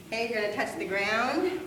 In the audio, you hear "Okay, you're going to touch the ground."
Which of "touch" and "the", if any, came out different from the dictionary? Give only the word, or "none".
none